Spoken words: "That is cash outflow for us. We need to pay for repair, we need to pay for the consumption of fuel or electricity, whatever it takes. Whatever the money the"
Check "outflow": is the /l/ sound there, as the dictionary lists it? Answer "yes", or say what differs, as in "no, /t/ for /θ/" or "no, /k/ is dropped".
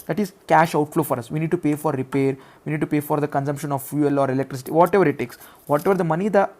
yes